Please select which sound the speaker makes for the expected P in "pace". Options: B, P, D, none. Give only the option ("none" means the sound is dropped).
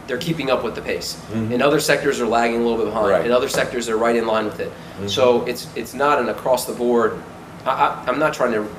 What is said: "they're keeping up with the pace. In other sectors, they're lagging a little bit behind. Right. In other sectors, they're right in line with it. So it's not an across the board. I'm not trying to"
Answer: P